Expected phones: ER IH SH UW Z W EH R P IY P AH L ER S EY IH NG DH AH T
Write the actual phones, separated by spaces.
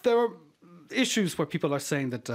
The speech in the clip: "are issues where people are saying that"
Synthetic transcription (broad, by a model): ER IH SH UW Z W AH R P IY P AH L ER S EY IH NG DH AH T